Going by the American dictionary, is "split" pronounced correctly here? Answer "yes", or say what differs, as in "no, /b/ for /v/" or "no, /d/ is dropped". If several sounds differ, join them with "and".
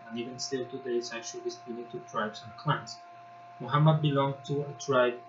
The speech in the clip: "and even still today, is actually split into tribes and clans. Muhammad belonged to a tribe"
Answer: no, /l/ is dropped